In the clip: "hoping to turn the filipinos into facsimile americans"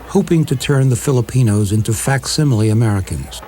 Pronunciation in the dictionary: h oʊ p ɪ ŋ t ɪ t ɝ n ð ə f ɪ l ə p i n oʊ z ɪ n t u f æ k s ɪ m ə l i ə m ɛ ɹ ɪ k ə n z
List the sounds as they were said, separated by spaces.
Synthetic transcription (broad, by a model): h oʊ p ɪ ŋ t ɪ t ɝ n ð ə f ɪ l ə p i n oʊ z ɪ n t u f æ k s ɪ m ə l i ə m ɛ ɹ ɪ k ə n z